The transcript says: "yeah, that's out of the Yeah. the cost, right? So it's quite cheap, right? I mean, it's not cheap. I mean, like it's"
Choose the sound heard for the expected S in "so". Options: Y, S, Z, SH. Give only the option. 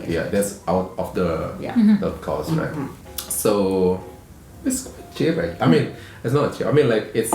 S